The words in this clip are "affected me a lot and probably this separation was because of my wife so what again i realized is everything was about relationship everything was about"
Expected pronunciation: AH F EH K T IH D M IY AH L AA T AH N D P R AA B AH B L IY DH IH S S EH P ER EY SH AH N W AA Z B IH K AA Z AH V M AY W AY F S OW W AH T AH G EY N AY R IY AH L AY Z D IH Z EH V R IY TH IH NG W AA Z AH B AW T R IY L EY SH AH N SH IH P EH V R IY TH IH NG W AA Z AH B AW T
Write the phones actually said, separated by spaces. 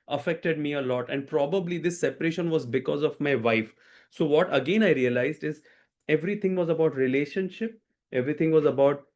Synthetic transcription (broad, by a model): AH F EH K T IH D M IY AH L AA T AH N D P R AA B AH B L IY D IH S S EH P ER EY SH AH N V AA Z B IH K AA Z AH V M AY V AY F S OW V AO T AH G EY N AY R IY AH L AY Z D IH Z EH V R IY T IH NG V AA Z AH B AW T R IY L EY SH AH N SH IH P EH V R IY T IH NG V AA Z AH B AW T